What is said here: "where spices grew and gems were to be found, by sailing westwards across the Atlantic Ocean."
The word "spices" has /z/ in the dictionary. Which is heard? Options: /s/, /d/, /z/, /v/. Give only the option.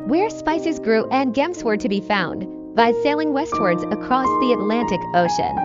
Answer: /z/